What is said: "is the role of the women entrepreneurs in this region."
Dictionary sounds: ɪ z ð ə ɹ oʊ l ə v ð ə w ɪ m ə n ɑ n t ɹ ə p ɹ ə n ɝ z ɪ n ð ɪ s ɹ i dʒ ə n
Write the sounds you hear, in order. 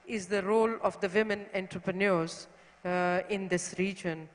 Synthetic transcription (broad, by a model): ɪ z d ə ɹ oʊ l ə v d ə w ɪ m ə n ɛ n t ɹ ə p ɹ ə n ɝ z ɪ n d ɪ s ɹ i dʒ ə n